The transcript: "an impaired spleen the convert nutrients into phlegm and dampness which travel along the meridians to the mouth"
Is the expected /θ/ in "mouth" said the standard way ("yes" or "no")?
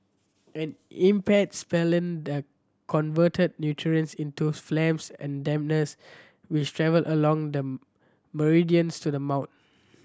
no